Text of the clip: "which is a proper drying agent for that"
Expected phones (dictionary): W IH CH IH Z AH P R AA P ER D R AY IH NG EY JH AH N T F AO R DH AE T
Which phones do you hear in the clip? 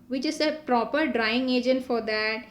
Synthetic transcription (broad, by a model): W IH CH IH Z AH P R AA P ER D R AY IH NG EY JH AH N T F AO R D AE T